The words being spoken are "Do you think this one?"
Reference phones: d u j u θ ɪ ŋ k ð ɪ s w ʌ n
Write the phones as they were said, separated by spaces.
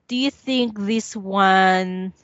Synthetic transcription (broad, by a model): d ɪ j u θ ɪ ŋ k ð ɪ s w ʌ n